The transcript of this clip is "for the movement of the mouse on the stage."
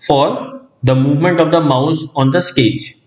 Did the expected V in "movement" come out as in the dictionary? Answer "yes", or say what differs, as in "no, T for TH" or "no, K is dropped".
yes